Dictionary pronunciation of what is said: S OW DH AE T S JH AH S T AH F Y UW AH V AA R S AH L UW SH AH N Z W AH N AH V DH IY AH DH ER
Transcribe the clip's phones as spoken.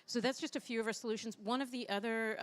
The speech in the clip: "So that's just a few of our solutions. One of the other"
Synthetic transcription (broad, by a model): S OW DH AE T S JH AH S T AH F Y UW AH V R S AH L UW SH AH N Z W AH N AH V DH IY AH DH ER